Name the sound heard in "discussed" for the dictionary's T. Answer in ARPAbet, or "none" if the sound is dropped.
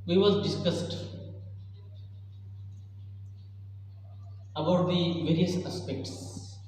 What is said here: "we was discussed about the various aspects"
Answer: T